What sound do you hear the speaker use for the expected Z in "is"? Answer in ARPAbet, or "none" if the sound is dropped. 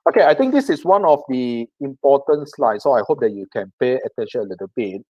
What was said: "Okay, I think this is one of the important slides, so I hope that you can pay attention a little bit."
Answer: S